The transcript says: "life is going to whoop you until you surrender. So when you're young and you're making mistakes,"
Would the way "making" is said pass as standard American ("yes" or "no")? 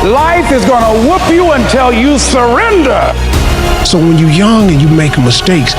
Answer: no